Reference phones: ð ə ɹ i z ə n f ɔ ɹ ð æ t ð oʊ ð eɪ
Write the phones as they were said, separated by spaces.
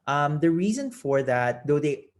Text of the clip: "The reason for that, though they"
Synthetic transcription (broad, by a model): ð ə ɹ i z ə n f ɔ ɹ ð æ t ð oʊ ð eɪ